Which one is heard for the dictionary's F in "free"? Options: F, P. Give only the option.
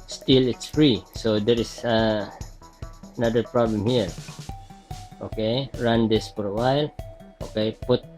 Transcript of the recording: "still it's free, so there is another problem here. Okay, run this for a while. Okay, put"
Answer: F